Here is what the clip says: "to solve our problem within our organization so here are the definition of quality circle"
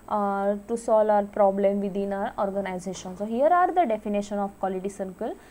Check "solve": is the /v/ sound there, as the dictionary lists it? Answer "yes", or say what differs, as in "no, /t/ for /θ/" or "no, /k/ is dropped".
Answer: no, /v/ is dropped